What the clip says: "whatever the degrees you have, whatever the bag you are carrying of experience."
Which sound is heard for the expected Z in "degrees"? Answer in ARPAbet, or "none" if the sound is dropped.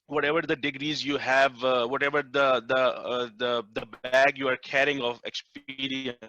Z